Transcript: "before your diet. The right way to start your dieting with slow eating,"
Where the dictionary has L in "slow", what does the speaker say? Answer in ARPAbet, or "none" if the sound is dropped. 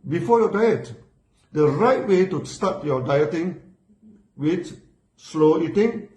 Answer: L